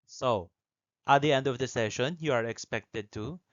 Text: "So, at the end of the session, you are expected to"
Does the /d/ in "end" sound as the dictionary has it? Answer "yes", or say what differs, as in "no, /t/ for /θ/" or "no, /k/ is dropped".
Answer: yes